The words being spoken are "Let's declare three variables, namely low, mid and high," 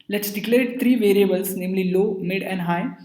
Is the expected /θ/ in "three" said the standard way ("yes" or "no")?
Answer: no